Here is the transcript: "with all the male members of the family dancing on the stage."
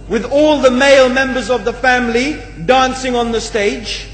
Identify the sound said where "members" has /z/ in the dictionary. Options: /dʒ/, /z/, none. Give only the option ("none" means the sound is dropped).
/z/